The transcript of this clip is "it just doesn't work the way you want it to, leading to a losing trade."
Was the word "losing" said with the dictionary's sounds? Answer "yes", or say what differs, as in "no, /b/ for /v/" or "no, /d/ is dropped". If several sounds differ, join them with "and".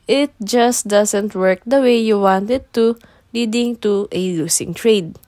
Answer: no, /s/ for /z/